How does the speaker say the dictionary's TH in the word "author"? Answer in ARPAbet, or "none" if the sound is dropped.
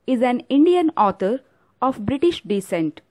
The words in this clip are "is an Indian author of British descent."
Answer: T